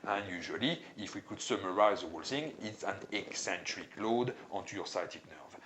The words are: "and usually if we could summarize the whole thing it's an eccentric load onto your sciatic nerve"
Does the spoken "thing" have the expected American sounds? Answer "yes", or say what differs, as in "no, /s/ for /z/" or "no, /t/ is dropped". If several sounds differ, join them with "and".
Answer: no, /s/ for /θ/